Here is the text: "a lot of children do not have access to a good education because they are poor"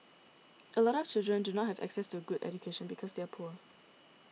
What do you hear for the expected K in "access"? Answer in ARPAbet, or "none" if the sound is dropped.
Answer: K